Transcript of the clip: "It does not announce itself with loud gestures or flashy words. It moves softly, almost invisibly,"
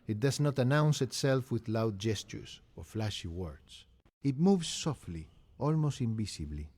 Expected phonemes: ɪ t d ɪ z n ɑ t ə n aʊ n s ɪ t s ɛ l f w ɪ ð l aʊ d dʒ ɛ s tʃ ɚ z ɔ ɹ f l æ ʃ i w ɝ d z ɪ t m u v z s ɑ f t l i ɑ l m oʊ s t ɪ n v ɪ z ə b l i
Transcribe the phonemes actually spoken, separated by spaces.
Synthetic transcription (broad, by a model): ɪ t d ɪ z n ɑ t ə n aʊ n s ɪ t s ɛ l f w ɪ ð l aʊ d dʒ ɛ s tʃ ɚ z ɔ ɹ f l æ ʃ i w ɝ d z ɪ t m u v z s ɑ f t l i ɑ l m oʊ s t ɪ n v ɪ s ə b l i